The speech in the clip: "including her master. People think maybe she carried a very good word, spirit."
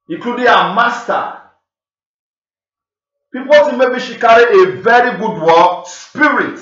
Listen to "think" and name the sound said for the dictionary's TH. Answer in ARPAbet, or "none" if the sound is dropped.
S